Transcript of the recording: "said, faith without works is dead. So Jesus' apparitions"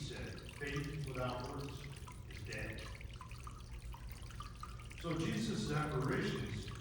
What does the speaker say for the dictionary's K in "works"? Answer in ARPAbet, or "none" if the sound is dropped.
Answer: none